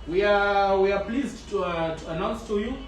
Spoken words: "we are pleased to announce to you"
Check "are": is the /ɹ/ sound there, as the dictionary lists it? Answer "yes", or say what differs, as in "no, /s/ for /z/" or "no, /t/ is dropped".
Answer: no, /w/ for /ɹ/